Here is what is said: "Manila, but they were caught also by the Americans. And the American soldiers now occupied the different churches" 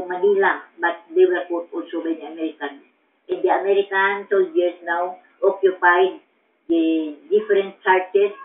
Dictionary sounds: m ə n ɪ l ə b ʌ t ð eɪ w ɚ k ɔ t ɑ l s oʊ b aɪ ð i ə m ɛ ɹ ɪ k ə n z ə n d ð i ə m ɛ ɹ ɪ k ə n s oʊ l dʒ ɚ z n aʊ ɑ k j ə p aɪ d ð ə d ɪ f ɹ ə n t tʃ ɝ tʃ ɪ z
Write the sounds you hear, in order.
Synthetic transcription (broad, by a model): m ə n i l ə b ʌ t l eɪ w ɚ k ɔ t ɑ l s oʊ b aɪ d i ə m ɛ ɹ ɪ k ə n ə n d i ə m ɛ ɹ ɪ k ə n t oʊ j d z n aʊ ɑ k j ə p aɪ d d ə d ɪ f ɹ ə n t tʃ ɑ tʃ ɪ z